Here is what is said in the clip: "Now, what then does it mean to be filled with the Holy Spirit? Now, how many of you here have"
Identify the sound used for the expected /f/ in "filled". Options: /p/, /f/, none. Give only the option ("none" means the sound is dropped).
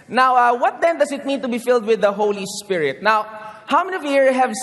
/f/